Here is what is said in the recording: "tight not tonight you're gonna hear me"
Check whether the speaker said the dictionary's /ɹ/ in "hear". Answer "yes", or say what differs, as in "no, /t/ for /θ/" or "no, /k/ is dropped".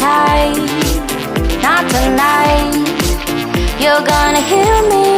no, /l/ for /ɹ/